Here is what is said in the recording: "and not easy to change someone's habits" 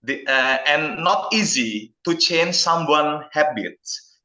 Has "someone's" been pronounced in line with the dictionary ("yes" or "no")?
no